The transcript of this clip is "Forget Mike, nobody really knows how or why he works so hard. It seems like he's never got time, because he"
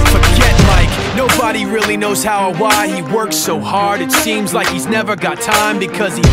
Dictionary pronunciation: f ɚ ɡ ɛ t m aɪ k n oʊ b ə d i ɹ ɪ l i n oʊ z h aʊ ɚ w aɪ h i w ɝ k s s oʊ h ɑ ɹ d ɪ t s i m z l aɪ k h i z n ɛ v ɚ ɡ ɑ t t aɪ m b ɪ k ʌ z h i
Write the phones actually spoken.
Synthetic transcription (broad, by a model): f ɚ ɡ ɛ t m aɪ k n oʊ b ə d i ɹ ɪ l i n oʊ z h aʊ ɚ w aɪ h i w ɝ k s s oʊ h ɑ ɹ d ɪ t s i m z l aɪ k h i z n ɛ v ɚ ɡ ɑ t t aɪ m b ɪ k ʌ z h i